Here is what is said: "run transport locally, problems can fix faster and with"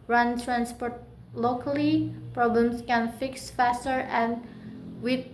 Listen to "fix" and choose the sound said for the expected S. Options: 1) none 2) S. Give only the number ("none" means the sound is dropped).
2